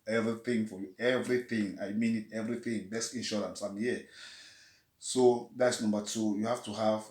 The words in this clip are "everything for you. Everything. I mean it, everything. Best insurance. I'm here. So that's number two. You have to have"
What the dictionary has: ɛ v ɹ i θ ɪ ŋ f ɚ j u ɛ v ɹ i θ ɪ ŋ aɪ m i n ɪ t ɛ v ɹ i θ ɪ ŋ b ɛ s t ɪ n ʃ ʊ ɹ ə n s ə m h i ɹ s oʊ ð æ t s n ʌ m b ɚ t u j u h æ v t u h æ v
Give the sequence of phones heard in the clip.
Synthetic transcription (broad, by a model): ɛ v ɹ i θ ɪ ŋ f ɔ j u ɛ v ɹ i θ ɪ ŋ aɪ m i n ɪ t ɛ v ɹ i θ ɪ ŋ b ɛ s ɪ n ʃ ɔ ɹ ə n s ə m h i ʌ s oʊ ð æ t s n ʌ m b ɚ t u j u h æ f t u h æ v